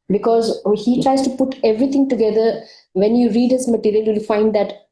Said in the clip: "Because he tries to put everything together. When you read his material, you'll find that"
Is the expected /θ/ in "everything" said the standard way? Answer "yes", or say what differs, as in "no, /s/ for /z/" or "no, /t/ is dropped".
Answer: no, /t/ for /θ/